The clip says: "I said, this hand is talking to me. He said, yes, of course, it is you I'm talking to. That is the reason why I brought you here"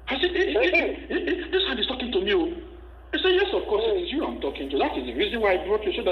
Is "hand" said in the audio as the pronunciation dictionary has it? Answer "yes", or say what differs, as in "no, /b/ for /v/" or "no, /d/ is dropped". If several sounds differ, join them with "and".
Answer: no, /d/ is dropped